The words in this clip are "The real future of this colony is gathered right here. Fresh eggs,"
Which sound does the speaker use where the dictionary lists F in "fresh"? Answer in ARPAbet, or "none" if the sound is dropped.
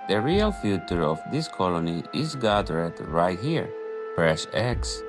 P